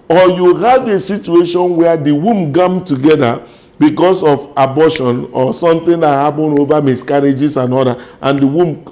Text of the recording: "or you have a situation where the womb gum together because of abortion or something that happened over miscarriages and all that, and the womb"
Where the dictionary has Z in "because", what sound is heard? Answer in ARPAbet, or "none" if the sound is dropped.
S